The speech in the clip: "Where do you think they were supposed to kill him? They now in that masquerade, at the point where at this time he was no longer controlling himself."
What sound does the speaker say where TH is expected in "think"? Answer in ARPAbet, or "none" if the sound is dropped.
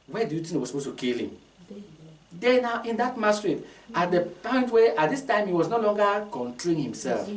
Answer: T